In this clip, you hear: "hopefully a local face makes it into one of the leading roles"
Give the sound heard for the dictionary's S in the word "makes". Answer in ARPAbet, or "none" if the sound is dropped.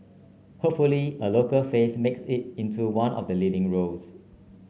S